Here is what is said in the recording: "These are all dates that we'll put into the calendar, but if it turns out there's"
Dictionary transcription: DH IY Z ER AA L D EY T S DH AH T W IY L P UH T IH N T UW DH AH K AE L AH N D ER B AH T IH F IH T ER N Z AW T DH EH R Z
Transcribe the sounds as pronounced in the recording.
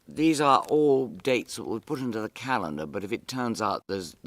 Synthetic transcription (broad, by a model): DH IY Z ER AA L D EY T S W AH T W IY P UH T IH N T UW DH AH K AE L AH N D ER B AH T IH F IH T ER N Z AW T DH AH R Z